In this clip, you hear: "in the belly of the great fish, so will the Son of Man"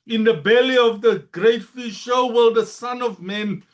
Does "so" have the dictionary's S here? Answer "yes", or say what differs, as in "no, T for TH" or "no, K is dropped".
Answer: no, SH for S